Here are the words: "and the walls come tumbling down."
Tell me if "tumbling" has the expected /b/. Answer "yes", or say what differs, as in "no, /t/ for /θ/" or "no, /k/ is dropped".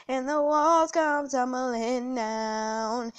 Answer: no, /b/ is dropped